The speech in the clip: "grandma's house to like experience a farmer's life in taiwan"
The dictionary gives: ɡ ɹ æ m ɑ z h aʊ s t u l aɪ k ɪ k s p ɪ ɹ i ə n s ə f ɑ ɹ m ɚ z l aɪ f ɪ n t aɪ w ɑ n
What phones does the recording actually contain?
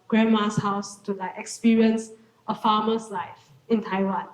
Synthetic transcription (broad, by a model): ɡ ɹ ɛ m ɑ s h aʊ s t u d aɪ ɪ k s p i ɹ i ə n s ə f ɑ m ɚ s l aɪ f ɪ n t aɪ w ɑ n